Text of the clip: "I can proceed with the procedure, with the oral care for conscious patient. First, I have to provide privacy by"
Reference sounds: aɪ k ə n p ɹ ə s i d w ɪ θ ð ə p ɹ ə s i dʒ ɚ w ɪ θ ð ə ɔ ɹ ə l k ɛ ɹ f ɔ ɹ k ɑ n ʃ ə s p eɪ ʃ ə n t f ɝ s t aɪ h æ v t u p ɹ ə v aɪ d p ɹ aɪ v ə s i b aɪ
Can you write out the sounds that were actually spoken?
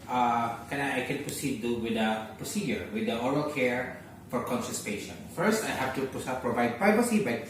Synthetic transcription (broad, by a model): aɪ k ə n p ɹ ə s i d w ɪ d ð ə p ɹ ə s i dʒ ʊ w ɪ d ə ɔ ɹ ə l k ɛ ɹ f ɔ ɹ k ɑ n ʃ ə s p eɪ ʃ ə n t f ɝ s t aɪ h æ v t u p ɹ ə v aɪ d p ɹ aɪ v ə s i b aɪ